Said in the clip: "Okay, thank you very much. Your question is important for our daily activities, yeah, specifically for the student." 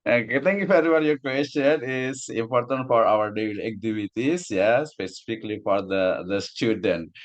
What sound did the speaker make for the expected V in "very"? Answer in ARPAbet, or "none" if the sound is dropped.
F